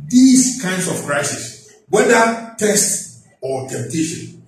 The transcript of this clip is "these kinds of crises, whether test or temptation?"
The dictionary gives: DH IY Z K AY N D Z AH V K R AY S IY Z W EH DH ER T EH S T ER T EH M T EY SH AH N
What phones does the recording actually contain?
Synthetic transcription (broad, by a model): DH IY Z K AY N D S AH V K R AY S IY S W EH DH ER T EH S T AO T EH M T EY SH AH N